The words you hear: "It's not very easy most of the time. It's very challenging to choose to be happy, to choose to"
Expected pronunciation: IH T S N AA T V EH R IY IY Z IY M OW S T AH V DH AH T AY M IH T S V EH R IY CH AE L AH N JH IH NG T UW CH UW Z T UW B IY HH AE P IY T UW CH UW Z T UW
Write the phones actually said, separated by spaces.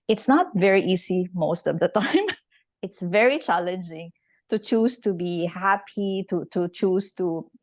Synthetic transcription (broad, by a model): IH T S N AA T V EH R IY IY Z IY M OW S T AH V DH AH T AY M IH T S V EH R IY CH AE L AH N JH IH NG T UW CH UW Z T UW B IY HH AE P IY T UW CH UW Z T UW